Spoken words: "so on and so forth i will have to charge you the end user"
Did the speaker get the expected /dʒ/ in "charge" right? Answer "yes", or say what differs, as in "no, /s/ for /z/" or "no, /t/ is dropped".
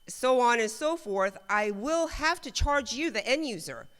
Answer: yes